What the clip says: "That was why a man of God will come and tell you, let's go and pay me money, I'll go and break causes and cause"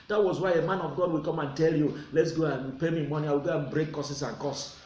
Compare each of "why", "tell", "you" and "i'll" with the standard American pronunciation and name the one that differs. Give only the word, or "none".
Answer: i'll